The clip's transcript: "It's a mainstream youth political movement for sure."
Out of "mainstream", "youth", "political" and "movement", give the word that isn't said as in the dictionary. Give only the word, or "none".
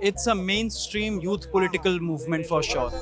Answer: youth